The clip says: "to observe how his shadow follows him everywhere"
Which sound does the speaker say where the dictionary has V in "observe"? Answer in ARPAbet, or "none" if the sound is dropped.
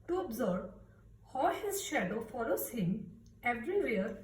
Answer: B